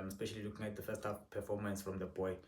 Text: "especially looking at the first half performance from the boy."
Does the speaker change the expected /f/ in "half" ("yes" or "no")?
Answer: yes